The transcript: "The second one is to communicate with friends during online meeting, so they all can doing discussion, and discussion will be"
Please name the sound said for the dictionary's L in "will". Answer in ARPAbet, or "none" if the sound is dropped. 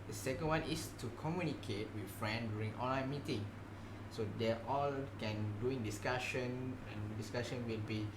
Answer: L